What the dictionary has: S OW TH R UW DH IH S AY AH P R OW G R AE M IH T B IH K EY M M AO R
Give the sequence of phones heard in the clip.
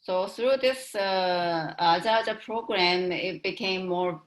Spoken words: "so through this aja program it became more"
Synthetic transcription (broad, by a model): S OW S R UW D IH S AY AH P R OW G R AE M IH T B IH K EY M M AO R